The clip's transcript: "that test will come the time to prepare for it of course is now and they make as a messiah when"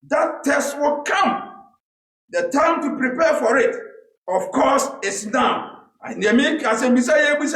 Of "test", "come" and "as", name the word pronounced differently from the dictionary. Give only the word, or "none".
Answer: as